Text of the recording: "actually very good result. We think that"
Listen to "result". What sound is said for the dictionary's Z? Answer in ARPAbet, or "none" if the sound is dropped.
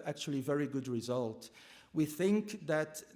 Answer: Z